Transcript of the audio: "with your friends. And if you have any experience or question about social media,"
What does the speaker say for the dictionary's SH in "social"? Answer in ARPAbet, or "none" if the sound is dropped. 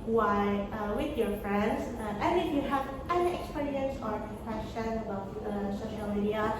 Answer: SH